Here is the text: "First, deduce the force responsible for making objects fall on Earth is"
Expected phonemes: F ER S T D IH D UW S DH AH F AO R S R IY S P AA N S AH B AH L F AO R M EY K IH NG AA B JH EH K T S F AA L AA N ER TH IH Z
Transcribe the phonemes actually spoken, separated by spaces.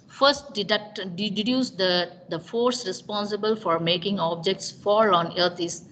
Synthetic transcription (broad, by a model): F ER S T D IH D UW S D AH F AO R S R IY S P AA N S AH B AH L F AO R M EY K IH NG AA B JH EH K T S F AA L AA N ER T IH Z